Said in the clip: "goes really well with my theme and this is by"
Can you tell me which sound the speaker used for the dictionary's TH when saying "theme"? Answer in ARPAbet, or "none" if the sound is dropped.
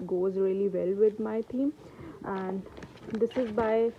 T